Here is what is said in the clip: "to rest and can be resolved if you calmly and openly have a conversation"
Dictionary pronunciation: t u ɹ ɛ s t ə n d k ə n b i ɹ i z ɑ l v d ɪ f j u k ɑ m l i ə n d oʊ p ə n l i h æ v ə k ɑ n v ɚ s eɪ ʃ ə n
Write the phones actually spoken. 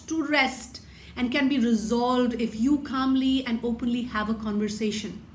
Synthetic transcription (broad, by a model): t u ɹ ɛ s t ə n d k ə n b i ɹ i z ɑ l v d ɪ f j u k ɑ m l i ə n d oʊ p ə n l i h æ v ə k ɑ n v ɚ s eɪ ʃ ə n